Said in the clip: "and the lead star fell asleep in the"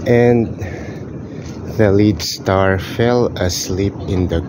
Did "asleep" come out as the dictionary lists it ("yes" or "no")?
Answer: yes